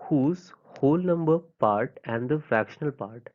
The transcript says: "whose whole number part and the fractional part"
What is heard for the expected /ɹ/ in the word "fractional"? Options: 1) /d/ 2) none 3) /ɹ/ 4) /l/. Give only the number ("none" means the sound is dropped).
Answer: 2